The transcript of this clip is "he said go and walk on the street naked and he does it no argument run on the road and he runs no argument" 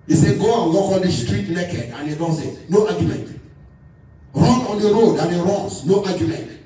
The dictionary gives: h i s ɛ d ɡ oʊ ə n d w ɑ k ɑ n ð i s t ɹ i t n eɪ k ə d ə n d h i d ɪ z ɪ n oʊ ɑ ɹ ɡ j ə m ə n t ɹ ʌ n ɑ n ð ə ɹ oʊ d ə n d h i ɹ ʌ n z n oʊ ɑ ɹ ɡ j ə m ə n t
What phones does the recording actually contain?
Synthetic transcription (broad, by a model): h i s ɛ ɡ oʊ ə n w ɑ k ɑ n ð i s t ɹ i t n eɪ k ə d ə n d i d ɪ s ɪ n oʊ ɑ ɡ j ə m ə n t ɹ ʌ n ɑ n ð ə ɹ oʊ d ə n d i ɹ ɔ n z n oʊ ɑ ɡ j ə m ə n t